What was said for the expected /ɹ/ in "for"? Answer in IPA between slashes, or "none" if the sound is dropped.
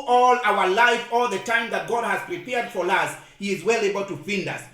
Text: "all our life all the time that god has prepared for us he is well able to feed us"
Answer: /ɹ/